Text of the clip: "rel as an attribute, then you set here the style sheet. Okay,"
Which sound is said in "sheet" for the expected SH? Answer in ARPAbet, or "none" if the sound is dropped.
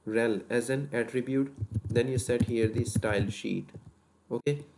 SH